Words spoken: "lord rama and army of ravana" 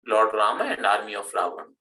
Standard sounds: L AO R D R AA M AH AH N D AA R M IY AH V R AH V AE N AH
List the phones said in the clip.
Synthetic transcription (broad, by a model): L AO R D R AA M AH AH N D AA R M IY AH F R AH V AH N